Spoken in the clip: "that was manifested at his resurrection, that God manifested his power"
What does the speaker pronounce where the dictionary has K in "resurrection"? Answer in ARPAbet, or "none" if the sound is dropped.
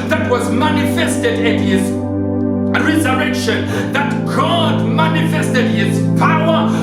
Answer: K